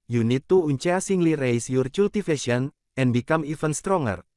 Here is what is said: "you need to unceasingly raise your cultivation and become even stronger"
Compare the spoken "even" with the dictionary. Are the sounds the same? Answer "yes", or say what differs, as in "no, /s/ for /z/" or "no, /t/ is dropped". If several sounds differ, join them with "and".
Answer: no, /f/ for /v/